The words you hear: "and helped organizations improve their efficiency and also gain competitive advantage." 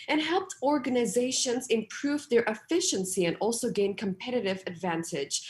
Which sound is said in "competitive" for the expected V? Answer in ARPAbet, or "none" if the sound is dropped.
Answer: V